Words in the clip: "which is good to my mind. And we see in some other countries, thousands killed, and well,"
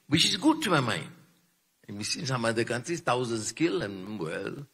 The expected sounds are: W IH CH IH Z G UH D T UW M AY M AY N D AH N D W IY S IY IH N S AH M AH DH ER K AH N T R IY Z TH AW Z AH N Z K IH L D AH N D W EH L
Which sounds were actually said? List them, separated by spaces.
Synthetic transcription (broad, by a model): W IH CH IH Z G UH D T UW M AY M AY N D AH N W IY S IY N S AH M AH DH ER K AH N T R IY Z T AW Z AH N S K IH L AH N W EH L